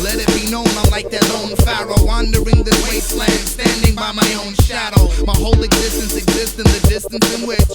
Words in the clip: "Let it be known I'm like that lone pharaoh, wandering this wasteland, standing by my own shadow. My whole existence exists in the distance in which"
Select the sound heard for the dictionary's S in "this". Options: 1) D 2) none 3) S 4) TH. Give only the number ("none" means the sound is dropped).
2